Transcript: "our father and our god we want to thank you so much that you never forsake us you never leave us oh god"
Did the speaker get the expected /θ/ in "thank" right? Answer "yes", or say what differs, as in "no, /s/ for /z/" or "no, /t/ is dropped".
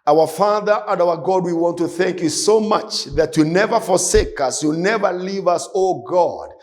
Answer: yes